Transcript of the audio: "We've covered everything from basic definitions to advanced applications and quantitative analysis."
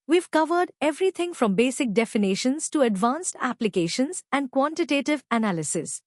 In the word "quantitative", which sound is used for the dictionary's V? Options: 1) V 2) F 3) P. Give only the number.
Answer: 1